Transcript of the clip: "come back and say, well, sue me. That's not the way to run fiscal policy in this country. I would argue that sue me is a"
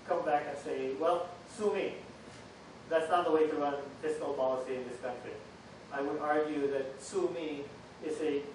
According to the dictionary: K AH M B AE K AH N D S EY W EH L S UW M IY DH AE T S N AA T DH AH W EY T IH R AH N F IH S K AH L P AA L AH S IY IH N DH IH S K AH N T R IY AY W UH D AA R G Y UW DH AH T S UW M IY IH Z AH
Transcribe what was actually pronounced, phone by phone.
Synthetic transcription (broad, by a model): K AH M B AE K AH N S EY W EH L S UW M IY DH AE T S N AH T DH AH W EY T IH R AH N P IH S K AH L P AA L AH S IY IH N DH IH S K AH N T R IY AY W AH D AA R G Y UW DH AH T S UW M IY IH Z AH